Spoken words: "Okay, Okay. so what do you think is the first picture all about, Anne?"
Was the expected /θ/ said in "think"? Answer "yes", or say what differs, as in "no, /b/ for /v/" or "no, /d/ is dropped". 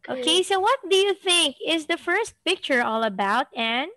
yes